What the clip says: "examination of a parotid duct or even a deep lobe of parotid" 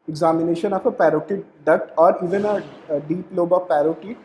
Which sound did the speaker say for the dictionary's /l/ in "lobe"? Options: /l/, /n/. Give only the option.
/l/